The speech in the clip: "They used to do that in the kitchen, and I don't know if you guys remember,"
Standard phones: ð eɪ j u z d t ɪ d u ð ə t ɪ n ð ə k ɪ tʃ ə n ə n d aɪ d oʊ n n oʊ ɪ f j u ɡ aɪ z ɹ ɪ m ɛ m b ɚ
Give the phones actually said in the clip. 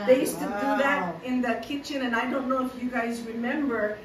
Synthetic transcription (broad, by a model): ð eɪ j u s t ɪ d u ð ə t ɪ n ð ə k ɪ tʃ ə n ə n aɪ d oʊ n n oʊ ɪ f j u ɡ aɪ z ɹ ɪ m ɛ m b ɚ